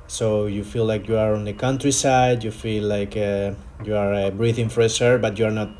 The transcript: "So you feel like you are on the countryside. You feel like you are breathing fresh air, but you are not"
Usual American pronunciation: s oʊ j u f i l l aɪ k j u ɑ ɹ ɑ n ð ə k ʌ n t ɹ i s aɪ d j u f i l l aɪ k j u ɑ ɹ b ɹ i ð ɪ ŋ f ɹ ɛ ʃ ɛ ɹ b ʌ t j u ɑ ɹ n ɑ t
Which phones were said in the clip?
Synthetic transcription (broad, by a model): s oʊ j u f i l l aɪ k j u ɑ ɹ ɑ n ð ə k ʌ n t ɹ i s aɪ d j u f i l l aɪ k j u ɑ ɹ b ɹ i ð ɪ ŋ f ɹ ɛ s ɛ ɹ b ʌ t j u ɑ ɹ n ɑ t